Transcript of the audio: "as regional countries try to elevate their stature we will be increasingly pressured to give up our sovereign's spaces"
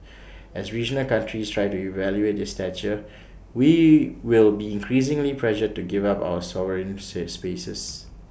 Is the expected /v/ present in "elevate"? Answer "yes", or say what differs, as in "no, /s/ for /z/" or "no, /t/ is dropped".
no, /v/ is dropped